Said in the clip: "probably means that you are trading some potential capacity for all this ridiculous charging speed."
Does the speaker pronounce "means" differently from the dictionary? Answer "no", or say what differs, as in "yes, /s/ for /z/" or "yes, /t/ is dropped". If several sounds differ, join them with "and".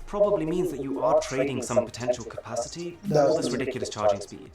no